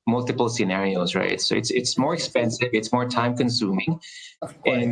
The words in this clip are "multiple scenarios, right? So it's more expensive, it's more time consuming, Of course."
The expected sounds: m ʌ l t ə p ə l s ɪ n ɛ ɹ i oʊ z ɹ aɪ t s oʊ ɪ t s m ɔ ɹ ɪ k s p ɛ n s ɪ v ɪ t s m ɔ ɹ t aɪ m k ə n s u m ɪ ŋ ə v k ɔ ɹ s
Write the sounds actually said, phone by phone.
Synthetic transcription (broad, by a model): m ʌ l t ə p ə l s ɪ n ɛ ɹ i oʊ z ɹ aɪ t s oʊ ɪ t s m ɔ ɹ ɪ k s p ɛ n s ɪ v ɪ t s m ɔ ɹ t aɪ m k ə n s u m ɪ ŋ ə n